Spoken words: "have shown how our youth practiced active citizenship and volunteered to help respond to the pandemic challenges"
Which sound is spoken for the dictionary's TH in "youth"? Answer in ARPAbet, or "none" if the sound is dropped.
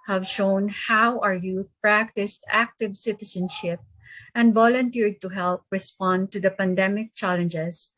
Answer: T